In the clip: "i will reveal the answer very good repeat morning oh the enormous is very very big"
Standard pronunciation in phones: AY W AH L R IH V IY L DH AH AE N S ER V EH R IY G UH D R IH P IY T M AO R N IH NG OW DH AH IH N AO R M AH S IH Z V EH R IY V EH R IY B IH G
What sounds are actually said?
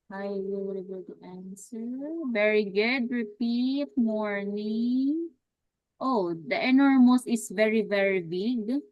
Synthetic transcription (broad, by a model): AY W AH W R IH B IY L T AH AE N S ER V EH R IY G UH D R IH P IY T M AO R N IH NG OW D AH IH N AO R M AH S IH S V EH R IY V EH R IY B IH G